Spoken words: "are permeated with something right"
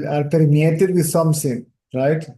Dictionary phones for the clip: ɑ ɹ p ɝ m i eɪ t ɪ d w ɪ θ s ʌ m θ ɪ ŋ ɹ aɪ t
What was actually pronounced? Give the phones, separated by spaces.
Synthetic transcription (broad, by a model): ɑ ɹ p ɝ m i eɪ t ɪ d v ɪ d s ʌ m s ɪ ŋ ɹ aɪ t